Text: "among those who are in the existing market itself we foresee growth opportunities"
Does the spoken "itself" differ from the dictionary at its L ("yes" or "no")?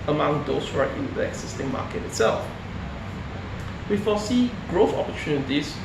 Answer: no